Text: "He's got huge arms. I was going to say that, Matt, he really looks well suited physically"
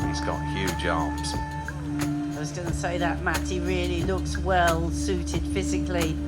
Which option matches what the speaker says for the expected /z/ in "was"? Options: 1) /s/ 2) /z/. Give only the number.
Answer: 2